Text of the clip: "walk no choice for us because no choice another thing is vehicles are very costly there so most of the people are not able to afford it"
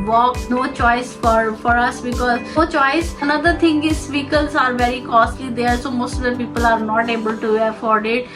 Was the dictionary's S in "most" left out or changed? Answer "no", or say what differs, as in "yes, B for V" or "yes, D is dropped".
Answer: no